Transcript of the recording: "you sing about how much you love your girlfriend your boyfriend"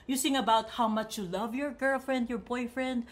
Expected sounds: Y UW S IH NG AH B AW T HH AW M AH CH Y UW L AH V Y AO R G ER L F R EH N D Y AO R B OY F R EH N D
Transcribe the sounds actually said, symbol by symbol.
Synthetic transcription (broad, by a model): Y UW S IH NG AH B AW T HH AW M AH CH Y UW L AH V Y AO R G ER L F R EH N D Y AO R B OY F R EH N D